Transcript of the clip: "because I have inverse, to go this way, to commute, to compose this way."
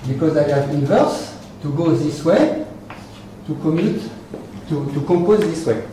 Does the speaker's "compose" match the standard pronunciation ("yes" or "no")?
no